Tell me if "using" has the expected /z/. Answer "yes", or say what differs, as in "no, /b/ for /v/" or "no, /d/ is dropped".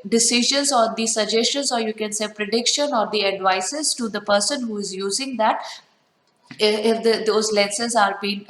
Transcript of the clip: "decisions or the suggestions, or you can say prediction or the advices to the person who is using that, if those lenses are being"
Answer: yes